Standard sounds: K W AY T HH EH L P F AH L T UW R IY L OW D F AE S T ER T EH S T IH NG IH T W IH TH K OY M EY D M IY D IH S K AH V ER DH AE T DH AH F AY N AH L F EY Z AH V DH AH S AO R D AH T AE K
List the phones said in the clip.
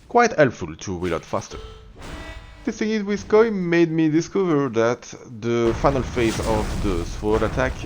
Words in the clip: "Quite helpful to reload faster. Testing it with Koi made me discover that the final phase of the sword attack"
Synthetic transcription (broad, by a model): K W AY T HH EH L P F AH L T UW W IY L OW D F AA S T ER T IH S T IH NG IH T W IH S K OY M EY D M IY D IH S K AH V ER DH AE T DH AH F AY N AH L F EY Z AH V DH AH S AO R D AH T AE K